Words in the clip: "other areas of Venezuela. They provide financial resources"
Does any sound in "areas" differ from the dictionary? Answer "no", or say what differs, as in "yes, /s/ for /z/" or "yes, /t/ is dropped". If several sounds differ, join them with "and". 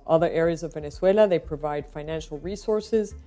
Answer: no